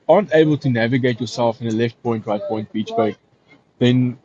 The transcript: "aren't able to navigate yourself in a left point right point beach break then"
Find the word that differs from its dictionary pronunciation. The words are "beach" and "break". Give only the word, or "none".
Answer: break